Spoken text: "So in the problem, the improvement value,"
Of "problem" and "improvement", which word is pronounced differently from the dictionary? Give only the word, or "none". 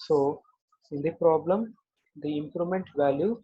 improvement